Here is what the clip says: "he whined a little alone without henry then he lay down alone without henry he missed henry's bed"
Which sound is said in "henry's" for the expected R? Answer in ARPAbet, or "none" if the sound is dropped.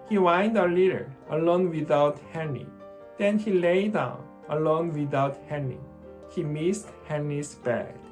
none